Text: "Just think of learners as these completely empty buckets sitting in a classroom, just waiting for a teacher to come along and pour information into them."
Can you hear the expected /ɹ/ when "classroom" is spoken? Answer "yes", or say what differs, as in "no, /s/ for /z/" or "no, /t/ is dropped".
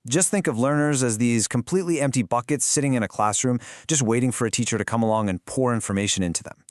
yes